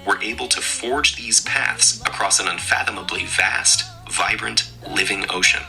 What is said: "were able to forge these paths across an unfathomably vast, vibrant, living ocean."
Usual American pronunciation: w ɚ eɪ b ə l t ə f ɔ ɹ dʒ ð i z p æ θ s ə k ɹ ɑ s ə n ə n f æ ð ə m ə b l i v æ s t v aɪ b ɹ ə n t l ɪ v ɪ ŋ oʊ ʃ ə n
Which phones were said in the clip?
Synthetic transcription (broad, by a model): w ɚ eɪ b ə l t ə f ɔ ɹ dʒ ð i z p æ θ s ə k ɹ ɑ s ə n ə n f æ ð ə m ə b l i v æ s t v aɪ b ɹ ə n t l ɪ v ɪ ŋ oʊ ʃ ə n